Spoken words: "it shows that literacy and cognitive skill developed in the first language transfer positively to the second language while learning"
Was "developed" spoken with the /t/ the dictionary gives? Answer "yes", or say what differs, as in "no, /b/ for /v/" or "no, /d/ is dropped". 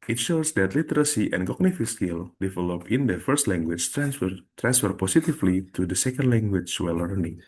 no, /t/ is dropped